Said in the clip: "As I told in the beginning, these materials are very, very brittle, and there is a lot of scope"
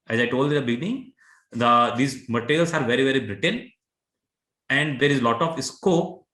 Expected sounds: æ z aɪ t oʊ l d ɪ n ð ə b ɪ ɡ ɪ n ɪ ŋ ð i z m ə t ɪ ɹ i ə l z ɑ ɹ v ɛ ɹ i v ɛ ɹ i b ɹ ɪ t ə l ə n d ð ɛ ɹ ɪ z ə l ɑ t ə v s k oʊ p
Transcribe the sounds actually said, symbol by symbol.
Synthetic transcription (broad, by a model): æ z aɪ t oʊ l d ɪ n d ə b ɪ ɡ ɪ n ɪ ŋ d i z m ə t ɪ ɹ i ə l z ɑ ɹ v ɛ ɹ i v ɛ ɹ i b ɹ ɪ t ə n ə n d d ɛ ɹ ɪ z l ɑ t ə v s k oʊ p